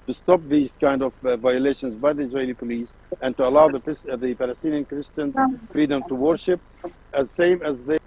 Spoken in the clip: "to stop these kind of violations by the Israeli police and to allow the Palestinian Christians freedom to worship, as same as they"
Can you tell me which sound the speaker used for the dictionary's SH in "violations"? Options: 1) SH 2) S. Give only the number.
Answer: 1